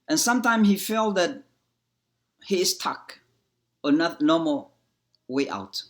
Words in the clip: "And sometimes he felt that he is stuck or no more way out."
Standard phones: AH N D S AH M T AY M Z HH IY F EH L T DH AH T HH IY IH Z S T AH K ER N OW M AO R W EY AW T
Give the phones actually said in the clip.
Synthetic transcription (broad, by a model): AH N S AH M T AY M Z HH IY F EH L T DH AH T HH IY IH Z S T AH K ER N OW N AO L W EY AW T